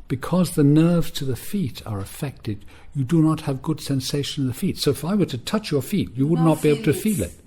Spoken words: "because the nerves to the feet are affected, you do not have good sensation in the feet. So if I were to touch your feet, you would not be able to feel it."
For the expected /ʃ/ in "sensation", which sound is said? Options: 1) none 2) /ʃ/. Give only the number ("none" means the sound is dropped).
1